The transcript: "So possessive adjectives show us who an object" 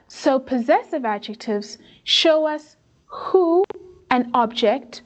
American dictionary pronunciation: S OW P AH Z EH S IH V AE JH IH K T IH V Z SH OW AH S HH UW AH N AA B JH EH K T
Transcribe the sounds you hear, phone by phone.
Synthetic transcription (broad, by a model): S OW P AH Z EH S IH V AE JH IH K T IH V Z SH OW AH S HH UW AH N AA B JH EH K T